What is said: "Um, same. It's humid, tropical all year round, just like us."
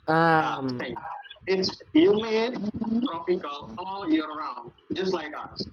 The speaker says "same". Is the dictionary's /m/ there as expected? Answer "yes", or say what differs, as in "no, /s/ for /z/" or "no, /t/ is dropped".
no, /m/ is dropped